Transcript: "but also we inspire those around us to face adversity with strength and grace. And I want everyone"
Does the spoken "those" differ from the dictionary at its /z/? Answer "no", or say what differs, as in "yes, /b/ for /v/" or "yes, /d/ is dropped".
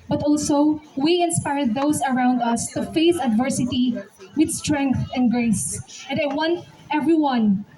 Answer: yes, /s/ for /z/